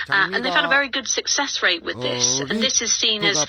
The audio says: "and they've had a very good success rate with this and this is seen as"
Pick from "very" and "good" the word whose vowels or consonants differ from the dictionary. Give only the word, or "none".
none